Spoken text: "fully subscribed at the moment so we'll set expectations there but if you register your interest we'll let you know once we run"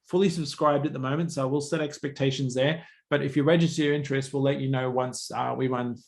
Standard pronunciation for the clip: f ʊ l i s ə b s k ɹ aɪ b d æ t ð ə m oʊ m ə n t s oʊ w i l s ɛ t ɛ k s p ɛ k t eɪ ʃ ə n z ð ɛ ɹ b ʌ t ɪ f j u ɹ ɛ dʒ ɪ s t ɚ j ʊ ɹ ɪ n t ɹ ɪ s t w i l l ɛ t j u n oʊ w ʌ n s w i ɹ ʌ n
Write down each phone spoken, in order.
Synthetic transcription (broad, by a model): f ʊ l i s ə b s k ɹ aɪ b d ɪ t ð ə m oʊ m ə n t s oʊ w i l s ɛ t ɛ k s p ɛ k t eɪ ʃ ə n z ð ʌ ɹ b ʌ t ɪ f j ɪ ɹ ɛ dʒ ɪ s t ɚ j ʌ ɹ ɪ n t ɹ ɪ s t w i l l ɛ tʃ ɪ n oʊ w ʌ n s w i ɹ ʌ n